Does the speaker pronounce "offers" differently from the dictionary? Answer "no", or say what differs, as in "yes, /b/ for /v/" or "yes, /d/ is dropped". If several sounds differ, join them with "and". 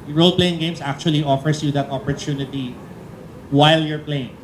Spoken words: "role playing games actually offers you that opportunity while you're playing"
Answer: yes, /s/ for /z/